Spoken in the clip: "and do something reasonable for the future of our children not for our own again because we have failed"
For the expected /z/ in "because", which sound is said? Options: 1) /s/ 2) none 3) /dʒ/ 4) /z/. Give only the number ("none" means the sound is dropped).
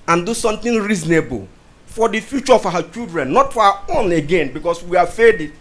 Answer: 1